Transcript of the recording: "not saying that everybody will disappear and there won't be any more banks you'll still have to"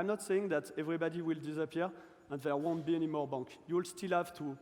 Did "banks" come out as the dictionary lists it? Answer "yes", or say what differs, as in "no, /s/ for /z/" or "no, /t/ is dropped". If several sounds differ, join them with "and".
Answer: no, /s/ is dropped